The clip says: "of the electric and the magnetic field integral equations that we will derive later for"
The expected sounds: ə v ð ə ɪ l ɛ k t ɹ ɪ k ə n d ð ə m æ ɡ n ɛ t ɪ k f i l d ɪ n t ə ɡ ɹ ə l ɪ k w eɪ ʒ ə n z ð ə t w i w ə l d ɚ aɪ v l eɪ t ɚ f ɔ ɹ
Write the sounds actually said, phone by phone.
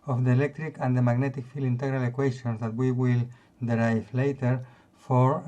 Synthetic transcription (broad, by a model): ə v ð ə ɪ l ɛ k t ɹ ɪ k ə n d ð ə m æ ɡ n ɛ t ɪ k f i l i n t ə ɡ ɹ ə l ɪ k w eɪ ʃ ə n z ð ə t w i w ə l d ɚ aɪ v l eɪ t ɚ f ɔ ɹ